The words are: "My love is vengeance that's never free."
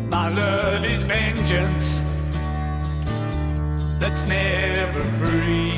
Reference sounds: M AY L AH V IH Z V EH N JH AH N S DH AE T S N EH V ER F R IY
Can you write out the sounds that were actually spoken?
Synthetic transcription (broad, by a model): M AY L AH V IH Z V EH N JH AH N S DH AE T S N EH V ER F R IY